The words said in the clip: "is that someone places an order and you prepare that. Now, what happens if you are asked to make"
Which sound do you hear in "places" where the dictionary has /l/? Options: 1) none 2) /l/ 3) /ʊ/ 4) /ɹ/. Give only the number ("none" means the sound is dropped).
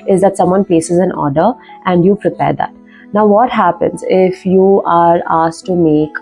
1